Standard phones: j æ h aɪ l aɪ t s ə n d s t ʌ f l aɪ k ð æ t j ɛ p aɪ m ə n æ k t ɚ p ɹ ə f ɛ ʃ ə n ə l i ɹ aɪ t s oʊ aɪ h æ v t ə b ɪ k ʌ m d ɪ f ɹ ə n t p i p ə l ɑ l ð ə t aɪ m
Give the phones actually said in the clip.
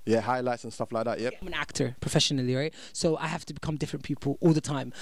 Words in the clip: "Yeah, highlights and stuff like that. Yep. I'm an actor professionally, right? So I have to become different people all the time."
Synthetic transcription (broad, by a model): j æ h aɪ l aɪ t s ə n s t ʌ f l aɪ k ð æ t j ɛ p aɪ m ə n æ k t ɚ p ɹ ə f ɛ ʃ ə n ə l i ɹ aɪ t s oʊ aɪ h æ f t ə b ɪ k ʌ m d ɪ f ɹ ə n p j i p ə l ɑ l ð ə t aɪ m